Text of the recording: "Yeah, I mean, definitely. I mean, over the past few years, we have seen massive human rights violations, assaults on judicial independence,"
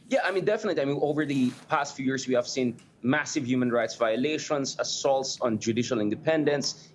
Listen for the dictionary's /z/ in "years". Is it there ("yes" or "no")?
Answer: no